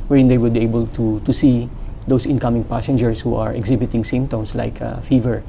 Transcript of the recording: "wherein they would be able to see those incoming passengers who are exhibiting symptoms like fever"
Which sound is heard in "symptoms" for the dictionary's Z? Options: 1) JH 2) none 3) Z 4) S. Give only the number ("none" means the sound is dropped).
4